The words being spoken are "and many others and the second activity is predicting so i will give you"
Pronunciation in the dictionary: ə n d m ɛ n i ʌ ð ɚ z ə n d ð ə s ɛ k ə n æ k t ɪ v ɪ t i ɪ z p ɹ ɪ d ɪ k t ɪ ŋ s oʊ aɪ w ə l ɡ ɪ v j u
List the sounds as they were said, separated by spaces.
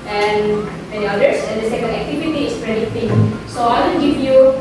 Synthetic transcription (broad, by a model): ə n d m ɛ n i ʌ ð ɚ s ə n d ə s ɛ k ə æ k t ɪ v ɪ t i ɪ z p ɹ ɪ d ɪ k t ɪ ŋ s oʊ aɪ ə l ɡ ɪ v j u